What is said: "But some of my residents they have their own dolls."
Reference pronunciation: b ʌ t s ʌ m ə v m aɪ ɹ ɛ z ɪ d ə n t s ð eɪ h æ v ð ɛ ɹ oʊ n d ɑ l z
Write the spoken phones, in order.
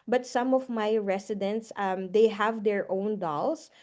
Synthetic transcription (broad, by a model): b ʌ t s ʌ m ə v m aɪ ɹ ɛ s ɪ d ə n t s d eɪ h æ v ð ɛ ɹ oʊ n d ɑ l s